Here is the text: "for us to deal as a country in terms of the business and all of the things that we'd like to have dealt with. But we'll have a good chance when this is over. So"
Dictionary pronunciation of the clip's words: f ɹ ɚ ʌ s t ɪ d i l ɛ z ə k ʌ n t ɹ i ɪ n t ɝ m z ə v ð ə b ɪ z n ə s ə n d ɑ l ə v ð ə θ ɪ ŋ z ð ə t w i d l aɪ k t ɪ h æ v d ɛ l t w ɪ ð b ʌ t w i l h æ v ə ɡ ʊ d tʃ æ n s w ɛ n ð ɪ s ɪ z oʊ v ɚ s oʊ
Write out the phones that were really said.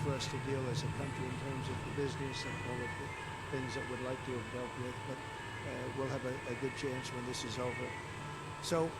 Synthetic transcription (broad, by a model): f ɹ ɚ ʌ s t ɪ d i l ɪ z ə k ʌ n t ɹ i ɪ n t ɝ m z ə v ð ə b ɪ z n ə s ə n ɑ l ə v ð ə θ ɪ ŋ z ð ə t w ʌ d l aɪ k t ɪ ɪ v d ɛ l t w ɪ ð b ʌ t w i l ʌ v ə ɡ ʊ d tʃ æ n s w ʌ n ð ɪ s ɪ z oʊ v ɚ s oʊ